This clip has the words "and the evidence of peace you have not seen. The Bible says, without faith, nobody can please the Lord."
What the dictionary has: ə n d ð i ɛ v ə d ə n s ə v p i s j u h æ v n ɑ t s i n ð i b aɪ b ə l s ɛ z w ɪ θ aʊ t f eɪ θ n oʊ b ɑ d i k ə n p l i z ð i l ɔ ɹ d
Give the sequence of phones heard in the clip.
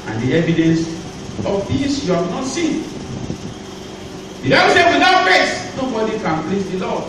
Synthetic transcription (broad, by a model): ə n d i ɛ v ə d ə n s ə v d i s j u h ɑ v n ɑ t s i n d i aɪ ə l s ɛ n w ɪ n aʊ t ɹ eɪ s n oʊ b ɑ d i k ə n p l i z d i l ɔ